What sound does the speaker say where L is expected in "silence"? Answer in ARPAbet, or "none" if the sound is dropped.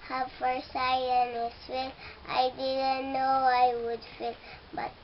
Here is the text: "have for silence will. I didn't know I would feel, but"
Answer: none